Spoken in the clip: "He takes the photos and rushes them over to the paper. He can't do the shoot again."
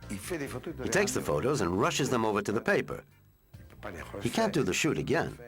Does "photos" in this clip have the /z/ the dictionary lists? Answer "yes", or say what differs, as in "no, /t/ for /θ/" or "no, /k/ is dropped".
yes